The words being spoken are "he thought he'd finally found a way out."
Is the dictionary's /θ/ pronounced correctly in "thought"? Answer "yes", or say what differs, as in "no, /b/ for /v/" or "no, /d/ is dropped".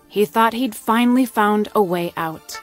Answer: yes